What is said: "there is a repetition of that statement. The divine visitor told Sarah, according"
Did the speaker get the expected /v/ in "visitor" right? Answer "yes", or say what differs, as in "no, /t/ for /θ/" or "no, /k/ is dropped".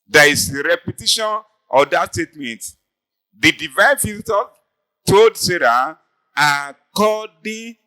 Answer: no, /f/ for /v/